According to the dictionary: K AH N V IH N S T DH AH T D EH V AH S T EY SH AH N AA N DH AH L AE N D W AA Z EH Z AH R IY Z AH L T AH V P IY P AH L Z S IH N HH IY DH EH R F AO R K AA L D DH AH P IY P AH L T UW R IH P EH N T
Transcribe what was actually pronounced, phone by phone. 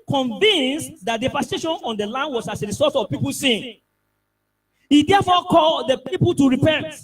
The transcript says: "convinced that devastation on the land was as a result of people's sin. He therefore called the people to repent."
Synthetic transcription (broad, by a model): K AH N V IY N S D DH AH T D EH P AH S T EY SH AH N AA N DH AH L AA N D W AA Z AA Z AH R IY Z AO T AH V P IY P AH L S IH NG HH IY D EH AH F AO K AA L D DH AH P IY P AH L T UW R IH P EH N T